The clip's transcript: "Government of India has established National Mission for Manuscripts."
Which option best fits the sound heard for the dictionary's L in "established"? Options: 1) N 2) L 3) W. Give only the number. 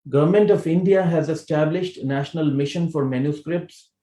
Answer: 2